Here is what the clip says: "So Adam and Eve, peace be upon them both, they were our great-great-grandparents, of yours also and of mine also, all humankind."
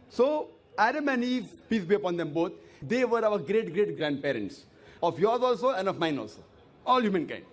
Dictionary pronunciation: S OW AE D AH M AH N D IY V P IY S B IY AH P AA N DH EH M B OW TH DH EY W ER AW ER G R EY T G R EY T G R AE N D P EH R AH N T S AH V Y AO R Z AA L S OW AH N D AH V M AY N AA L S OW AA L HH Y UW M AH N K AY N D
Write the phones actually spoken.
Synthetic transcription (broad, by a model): S OW AE D AH M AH N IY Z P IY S B IY AH P AA N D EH M B OW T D EY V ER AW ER G R EY T G R EY T G R AE N D P EH R AH N T S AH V Y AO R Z AA L S OW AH N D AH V M AY N AA L S OW AA L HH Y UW M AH N K AY N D